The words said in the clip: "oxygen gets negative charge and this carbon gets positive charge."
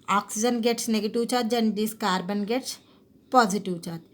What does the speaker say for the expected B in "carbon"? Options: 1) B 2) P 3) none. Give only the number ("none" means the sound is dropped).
1